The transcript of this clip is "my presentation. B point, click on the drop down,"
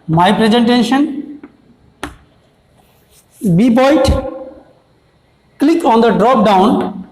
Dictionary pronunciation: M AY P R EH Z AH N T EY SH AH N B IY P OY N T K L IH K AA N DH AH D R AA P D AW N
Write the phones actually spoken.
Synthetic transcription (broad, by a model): M AY P R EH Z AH N T EY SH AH N B IY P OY T K L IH K AA N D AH D R AA P D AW N